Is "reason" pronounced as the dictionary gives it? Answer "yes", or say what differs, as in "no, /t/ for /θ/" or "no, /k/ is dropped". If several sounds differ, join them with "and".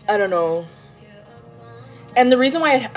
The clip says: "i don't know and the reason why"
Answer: yes